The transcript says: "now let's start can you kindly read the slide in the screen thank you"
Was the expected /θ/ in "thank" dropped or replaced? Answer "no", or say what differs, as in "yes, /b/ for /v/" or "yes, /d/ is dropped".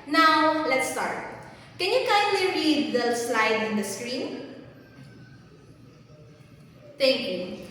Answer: yes, /t/ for /θ/